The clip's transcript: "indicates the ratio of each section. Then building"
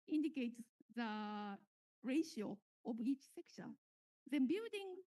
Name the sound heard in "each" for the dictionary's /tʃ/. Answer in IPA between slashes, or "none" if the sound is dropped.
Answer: /tʃ/